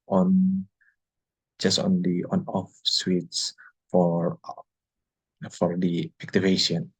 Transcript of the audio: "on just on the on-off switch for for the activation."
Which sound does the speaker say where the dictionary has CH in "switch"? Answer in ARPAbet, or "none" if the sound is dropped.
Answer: S